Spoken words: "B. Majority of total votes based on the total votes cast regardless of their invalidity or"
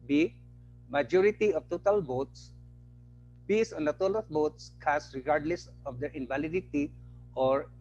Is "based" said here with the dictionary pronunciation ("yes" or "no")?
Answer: no